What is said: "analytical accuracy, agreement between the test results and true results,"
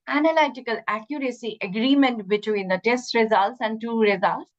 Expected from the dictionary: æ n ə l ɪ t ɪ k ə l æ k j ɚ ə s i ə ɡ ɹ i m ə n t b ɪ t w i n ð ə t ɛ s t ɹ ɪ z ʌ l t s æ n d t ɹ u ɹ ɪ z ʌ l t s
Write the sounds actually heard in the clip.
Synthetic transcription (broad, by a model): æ n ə l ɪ t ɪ k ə l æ k j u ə s i ə ɡ ɹ i m ə n t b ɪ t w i n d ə t ɛ s t ɹ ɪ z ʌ l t s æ n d t u ɹ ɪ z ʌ l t s